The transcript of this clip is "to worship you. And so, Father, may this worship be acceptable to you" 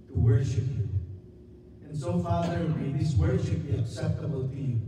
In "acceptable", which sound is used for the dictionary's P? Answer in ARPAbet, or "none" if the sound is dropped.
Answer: P